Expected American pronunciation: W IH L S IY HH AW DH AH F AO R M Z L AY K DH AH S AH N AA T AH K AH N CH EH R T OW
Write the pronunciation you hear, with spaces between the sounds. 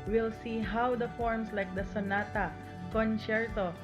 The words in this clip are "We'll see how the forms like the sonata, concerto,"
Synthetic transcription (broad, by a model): W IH L S IY HH AW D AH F AO R M S L AY K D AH S AH N AA T AH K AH N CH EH R T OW